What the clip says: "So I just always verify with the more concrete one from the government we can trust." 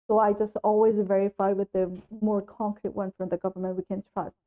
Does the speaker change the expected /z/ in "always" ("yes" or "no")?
no